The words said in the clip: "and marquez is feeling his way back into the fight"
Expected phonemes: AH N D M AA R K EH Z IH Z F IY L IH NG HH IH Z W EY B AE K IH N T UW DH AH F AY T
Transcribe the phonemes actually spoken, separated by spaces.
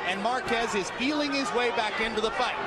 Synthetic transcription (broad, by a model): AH N M AA R K EH Z IH Z P IY L IH NG IH Z W EY B AE K IH N T UW DH AH F AY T